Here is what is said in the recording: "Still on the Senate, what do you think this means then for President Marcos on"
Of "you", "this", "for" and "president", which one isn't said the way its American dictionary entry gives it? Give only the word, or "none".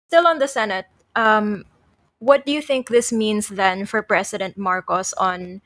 president